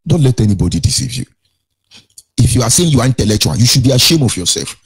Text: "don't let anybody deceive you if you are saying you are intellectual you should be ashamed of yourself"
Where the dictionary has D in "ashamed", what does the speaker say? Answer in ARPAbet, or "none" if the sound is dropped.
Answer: none